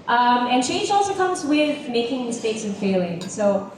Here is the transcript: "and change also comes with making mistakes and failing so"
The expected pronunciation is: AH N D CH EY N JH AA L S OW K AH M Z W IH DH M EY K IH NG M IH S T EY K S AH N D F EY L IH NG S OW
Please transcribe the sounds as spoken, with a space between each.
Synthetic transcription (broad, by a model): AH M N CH EY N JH AA L S OW K AH M Z W IH DH M EY K IH NG M IH S T EY K S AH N F EY L IH NG S OW